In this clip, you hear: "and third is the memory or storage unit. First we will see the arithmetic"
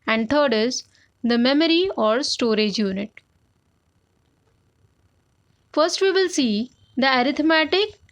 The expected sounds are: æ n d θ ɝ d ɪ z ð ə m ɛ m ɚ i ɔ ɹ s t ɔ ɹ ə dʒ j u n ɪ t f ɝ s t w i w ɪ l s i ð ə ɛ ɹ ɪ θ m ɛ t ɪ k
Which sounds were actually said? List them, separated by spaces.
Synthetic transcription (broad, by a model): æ n d t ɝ d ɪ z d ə m ɛ m ɚ i ɔ ɹ s t ɔ ɹ ə dʒ j u n ɪ t f ɝ s t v i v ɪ l s i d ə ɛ ɹ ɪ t m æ t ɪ k